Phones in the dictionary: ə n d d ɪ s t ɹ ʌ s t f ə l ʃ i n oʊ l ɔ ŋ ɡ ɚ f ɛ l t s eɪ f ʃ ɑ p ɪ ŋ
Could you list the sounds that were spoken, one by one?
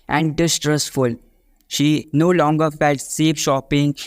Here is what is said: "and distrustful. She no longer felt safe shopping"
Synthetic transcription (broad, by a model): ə n d d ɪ s t ɹ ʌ s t f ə l ʃ i n oʊ l ɔ ŋ ɡ ɚ f ɛ l t s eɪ p ʃ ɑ p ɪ ŋ